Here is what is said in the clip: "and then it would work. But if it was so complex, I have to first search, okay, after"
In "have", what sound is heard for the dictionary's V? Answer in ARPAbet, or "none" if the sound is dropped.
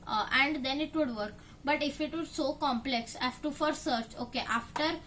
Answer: F